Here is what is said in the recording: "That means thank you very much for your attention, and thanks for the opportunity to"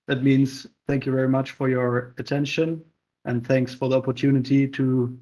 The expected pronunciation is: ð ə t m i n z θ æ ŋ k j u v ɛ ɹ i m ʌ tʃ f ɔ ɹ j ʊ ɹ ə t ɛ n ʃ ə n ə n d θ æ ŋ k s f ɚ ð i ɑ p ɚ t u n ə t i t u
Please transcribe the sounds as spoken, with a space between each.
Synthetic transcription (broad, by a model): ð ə t m i n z θ æ ŋ k j u v ɛ ɹ i m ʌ tʃ f ɔ ɹ j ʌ ɹ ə t ɛ n ʃ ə n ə n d θ æ ŋ k s f ɚ ð i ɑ p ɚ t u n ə t i t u